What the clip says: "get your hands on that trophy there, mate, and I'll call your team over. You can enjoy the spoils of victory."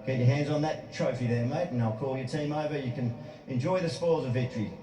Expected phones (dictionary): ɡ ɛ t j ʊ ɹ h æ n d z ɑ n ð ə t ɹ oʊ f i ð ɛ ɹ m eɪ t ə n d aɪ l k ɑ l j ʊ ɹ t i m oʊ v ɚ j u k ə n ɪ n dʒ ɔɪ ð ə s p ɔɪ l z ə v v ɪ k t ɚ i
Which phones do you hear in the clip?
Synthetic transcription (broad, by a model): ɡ ɛ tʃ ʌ ɹ h æ n d z n ð ə t ɹ oʊ f i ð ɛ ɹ m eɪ ə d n aɪ l k ɑ l j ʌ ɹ t i m oʊ v ɚ j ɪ k ə n ɪ n dʒ ɔɪ ð ə s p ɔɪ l z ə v v ɪ k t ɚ i